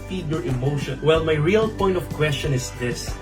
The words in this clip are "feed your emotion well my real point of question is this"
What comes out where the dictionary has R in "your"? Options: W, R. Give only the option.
R